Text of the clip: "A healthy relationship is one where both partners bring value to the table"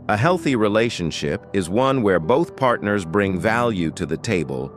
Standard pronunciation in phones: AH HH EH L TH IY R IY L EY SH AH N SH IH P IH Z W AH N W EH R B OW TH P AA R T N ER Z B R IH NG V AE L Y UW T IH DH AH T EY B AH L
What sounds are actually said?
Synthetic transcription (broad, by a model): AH HH EH L TH IY R IY L EY SH AH N SH IH P IH Z W AH N W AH R B OW TH P AA R T N ER Z B R IH NG V AE L Y UW T IH DH AH T EY B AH L